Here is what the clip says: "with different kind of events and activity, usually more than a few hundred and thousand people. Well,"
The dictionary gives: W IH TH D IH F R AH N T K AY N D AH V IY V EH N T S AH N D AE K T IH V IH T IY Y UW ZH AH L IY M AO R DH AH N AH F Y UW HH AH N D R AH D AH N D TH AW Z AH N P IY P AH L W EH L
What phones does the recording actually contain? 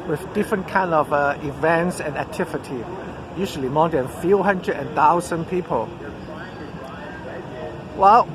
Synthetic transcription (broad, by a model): W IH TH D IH F R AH N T K AY N D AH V IY V EH N T S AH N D AE K T IH V IH T IY Y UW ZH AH L IY M AO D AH N F Y UW HH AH N D R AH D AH N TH AW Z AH N P IY P AH L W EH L